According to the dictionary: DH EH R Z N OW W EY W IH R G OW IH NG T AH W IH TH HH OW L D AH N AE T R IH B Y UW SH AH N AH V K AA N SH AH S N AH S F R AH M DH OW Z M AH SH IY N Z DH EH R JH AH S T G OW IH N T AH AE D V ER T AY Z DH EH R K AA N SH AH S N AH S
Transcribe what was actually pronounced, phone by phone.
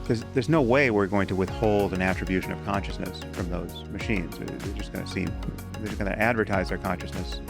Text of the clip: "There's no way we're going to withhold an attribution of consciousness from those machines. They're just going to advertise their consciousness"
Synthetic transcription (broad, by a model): DH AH R Z N OW W EY W IH R G OW IH NG T AH W IH TH HH OW L D AH N AE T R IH B Y UW SH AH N AH V K AA N SH AH S N AH S F R AH M DH OW Z M AH SH IY N Z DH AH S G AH S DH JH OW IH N T AE D V ER T AY Z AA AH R K AA N SH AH S N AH S